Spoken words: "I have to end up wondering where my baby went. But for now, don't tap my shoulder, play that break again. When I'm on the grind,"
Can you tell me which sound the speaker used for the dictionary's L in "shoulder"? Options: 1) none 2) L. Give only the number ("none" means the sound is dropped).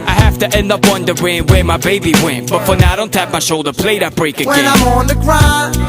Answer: 2